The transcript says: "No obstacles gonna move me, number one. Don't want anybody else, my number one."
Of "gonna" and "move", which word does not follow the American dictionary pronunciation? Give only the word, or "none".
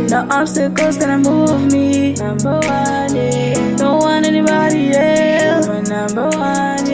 gonna